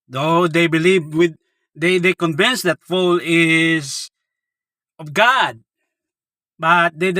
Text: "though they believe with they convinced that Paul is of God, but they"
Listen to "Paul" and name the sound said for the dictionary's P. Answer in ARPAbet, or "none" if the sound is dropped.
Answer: F